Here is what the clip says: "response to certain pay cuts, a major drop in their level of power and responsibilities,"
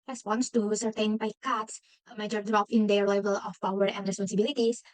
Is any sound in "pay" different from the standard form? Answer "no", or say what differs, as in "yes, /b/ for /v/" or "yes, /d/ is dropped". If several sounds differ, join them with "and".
yes, /b/ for /p/